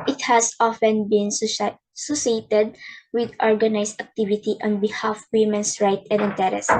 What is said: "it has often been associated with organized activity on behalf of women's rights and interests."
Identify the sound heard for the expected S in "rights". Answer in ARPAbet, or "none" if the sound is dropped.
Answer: none